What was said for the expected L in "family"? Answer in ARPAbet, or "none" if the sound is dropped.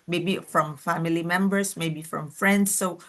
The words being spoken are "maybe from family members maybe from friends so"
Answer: L